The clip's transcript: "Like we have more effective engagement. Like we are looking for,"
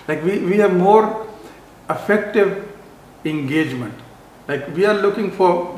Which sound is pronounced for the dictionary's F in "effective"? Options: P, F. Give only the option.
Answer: F